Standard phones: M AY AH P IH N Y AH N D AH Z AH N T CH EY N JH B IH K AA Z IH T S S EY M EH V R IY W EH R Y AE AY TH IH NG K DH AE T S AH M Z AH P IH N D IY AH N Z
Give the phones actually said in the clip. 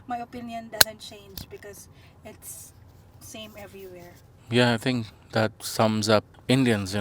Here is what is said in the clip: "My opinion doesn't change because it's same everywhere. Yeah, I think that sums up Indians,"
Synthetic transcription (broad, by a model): M AY AH P IH N Y AH N D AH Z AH N T CH EY N JH B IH K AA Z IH T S S EY M EH V R IY W EH R Y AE AY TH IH NG K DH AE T S AH M Z AH P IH N D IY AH N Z